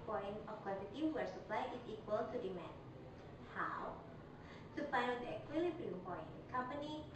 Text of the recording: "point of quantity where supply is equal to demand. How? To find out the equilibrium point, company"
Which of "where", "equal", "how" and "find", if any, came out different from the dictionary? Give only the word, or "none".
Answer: find